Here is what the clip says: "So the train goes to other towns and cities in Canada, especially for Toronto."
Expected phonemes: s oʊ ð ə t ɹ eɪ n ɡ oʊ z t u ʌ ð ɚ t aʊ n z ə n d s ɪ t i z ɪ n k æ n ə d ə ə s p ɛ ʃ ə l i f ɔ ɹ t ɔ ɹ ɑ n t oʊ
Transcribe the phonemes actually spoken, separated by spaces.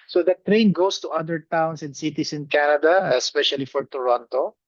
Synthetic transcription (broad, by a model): s oʊ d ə t ɹ eɪ n ɡ oʊ s t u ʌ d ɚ t aʊ n s ə n d s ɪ t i s ɪ n k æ n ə d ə ə s p ɛ ʃ ə l i f ɔ ɹ t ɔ ɹ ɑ n t oʊ